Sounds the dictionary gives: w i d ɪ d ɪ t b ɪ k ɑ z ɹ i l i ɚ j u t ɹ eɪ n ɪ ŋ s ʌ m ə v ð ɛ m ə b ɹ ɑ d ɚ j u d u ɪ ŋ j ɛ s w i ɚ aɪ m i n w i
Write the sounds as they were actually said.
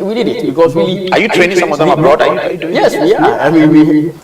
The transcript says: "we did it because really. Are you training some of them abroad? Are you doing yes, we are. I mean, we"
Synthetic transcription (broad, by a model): w i d ɪ d ɪ t b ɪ k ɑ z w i i j u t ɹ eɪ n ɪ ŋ s ʌ m ə v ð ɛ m ə b ɹ ɑ d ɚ j u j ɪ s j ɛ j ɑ aɪ m i n w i